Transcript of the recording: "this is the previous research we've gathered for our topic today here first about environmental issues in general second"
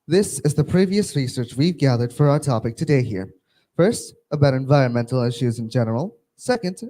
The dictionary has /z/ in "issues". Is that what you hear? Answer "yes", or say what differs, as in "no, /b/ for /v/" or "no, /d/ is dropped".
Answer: yes